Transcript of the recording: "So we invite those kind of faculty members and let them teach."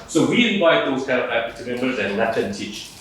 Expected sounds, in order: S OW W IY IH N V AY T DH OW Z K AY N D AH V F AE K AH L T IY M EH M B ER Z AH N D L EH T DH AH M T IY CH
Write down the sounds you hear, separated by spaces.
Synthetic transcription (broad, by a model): S OW W IY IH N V AY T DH OW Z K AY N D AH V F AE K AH T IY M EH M B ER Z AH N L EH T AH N T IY CH